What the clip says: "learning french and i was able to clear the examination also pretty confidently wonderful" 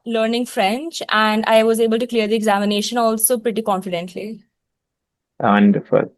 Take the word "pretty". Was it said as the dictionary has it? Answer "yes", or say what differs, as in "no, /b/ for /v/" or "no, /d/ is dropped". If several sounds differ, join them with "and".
yes